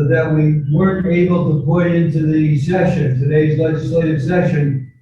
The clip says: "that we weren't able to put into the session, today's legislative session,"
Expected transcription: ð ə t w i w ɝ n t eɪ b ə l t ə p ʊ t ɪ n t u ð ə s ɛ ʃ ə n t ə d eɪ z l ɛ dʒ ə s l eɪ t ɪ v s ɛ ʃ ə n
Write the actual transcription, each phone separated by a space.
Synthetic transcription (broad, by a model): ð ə t w i w ɝ n t eɪ b l t ə p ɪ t ɪ n t u ð ə s ɛ ʃ ə n t ə d eɪ z l ɛ dʒ ə s l eɪ t ɪ v s ɛ ʃ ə n